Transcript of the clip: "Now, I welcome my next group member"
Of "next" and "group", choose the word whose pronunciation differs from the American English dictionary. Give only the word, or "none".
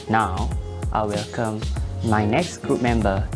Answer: none